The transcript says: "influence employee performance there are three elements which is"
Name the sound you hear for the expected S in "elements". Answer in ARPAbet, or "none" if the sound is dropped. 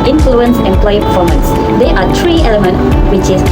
none